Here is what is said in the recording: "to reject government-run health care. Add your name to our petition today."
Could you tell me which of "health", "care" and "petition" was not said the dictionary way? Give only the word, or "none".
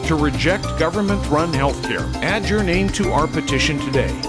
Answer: none